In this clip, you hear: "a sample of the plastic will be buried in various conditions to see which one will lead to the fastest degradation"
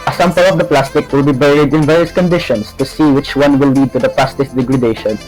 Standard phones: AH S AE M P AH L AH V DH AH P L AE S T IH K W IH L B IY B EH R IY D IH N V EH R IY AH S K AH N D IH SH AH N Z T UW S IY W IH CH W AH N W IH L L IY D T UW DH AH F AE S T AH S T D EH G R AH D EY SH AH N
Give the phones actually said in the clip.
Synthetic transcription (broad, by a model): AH S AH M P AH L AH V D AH P L AE S T IH K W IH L B IY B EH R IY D IH N V EH R IY AH S K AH N D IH SH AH N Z T UW S IY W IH CH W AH N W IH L L IY D T UW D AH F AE S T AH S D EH G R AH D EY SH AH N